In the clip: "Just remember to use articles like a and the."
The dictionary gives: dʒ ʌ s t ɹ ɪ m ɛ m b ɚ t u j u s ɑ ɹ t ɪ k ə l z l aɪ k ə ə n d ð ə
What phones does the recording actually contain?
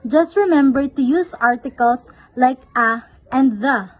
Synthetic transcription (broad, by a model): dʒ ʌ s t ɹ ɪ m ɛ m b ɚ t u j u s ɑ ɹ t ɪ k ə l s l aɪ k ə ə n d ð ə